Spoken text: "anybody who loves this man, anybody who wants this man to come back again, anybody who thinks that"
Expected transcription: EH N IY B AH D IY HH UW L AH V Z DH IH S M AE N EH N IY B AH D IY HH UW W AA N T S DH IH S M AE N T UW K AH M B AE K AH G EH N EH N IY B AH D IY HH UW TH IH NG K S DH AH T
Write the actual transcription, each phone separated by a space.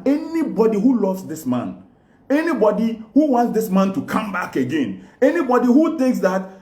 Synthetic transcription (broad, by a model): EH N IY B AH D IY HH UW L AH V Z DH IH S M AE N EH N IY B AH D IY HH UW W AA N T S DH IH S M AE N T UW K AH M B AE K AH G EH N EH N IY B AH D IY HH UW TH IH NG K S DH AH T